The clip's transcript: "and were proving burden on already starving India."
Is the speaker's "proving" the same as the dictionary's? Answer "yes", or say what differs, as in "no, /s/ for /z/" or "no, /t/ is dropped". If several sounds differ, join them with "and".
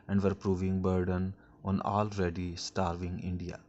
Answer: yes